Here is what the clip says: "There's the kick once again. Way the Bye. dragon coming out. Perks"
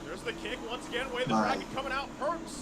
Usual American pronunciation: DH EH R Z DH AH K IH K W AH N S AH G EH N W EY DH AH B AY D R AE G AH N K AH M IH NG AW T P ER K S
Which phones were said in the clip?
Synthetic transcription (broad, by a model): DH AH R Z DH AH K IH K W AH N S AH G EH N W EY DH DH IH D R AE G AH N K AH M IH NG AW T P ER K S